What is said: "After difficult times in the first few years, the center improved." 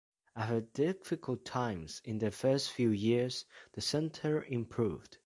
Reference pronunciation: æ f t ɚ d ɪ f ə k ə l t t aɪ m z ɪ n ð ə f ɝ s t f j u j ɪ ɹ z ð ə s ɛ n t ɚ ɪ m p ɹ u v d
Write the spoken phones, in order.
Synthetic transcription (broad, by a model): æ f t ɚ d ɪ f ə k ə l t t aɪ m z ɪ n ð ə f ɝ s t f j u j ɪ ɹ z ð ə s ɛ n t ɚ ɪ m p ɹ u v d